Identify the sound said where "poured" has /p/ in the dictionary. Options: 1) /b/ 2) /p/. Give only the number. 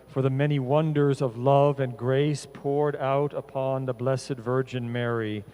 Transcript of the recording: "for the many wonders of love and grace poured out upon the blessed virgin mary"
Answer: 2